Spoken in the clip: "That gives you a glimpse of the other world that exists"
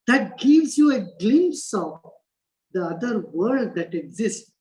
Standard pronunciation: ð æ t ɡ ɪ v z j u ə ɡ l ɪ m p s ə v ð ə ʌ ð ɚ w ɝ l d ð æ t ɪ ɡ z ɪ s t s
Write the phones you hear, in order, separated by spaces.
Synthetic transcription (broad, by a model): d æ t ɡ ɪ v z j u ə ɡ l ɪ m s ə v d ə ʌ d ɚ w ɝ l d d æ t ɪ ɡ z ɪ s t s